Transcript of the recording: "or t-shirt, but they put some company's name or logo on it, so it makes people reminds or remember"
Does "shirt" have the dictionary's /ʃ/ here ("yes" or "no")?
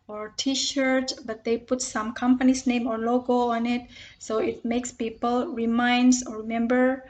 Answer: yes